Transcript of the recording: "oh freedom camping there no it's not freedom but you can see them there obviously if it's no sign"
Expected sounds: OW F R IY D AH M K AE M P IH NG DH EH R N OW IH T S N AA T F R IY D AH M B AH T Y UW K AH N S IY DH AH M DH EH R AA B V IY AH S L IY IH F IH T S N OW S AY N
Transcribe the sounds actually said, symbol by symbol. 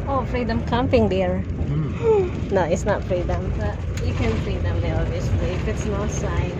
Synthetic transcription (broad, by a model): OW F R IY D AH M K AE M P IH NG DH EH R N OW IH T S N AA T F R IY D AH M B AH T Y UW K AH N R IY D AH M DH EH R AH V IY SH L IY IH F IH T S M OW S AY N